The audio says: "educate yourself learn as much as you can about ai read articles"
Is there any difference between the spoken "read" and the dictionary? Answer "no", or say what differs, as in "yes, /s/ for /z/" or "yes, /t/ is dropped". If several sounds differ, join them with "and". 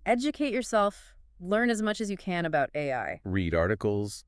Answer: no